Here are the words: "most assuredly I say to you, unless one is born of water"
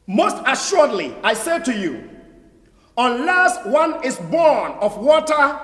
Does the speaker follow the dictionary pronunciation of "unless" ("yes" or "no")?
yes